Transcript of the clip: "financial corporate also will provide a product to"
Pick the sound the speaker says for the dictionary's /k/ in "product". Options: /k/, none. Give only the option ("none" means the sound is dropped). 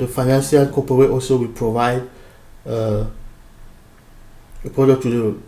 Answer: none